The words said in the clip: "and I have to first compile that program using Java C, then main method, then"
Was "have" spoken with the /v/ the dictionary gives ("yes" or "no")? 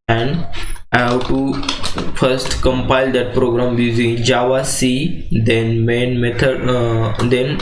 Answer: no